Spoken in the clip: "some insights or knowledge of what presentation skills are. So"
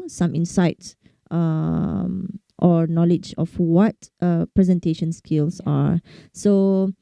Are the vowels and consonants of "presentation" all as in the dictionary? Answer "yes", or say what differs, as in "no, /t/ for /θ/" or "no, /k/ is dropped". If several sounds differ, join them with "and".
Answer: yes